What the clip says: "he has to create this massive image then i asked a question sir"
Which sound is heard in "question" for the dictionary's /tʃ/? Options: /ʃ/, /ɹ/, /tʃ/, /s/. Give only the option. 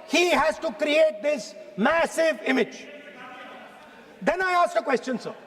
/tʃ/